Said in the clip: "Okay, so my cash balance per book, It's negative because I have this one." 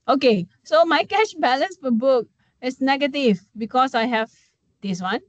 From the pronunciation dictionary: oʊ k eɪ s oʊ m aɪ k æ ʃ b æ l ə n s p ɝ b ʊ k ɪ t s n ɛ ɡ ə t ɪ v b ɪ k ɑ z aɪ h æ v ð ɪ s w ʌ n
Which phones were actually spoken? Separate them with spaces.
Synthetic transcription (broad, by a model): oʊ k eɪ s oʊ m aɪ k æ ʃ b æ l ə n s f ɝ b ʊ k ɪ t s n ɛ ɡ ə t ɪ v b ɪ k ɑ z aɪ h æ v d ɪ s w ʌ n